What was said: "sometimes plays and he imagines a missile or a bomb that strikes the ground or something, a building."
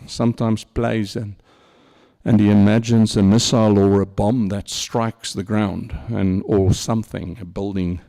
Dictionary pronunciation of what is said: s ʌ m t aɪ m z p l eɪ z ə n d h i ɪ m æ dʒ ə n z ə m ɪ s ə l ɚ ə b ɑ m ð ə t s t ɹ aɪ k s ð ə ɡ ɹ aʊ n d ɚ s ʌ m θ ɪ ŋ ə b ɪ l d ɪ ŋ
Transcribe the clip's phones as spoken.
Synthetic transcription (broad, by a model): s ʌ m t aɪ m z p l eɪ z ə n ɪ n i ɪ m æ dʒ ə n z ə m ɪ s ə l ɚ ə b ɑ m ð ə t s t ɹ aɪ k s ð ə ɡ ɹ aʊ n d ɚ s ʌ m θ ɪ ŋ ə b ɪ l d ɪ ŋ